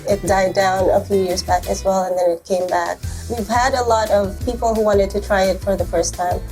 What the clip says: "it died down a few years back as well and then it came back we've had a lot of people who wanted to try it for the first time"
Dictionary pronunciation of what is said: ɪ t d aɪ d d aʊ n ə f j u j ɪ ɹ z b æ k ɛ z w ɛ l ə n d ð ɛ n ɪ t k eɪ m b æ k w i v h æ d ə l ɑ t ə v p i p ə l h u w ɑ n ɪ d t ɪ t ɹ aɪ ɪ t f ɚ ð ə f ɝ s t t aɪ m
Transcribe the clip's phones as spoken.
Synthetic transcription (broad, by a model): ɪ t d aɪ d d aʊ n ə f j u j ɪ ɹ z b æ k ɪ z w ɛ l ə n ð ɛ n ɪ t k eɪ m b æ k w i v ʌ d ə l ɑ t ə v p i p l h u w ɑ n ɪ d t ɪ t ɹ aɪ ɪ t f ɚ ð ə f ɝ s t t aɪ m